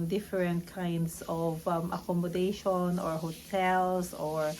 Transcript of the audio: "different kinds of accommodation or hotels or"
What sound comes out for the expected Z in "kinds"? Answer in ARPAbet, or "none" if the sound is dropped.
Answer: S